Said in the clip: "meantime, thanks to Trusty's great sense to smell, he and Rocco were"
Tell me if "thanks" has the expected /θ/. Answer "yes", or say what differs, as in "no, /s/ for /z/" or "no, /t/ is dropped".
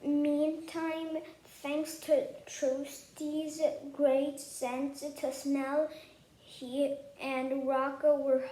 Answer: yes